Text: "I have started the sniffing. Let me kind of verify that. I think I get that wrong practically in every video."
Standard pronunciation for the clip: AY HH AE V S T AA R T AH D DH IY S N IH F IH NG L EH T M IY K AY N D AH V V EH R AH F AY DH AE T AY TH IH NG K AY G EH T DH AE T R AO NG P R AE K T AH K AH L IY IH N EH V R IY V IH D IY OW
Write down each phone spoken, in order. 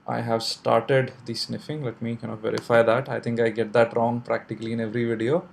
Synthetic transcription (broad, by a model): AY HH AE V S T AA R T AH D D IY S N IH F IH NG L EH T M IY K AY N AH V V EH R AH F AY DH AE T AY T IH NG K AY G EH T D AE T R AO NG P R AE K T AH K AH L IY IH N EH V R IY V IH D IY OW